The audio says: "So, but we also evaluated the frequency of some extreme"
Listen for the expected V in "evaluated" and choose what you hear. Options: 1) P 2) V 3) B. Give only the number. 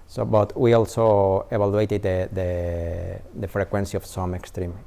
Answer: 3